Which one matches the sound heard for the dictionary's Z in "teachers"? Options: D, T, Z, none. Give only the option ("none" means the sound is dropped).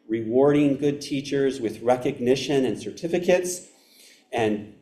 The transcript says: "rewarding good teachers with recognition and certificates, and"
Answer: Z